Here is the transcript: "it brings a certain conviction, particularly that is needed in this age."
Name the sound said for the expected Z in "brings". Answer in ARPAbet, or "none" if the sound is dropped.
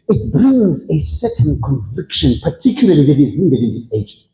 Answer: Z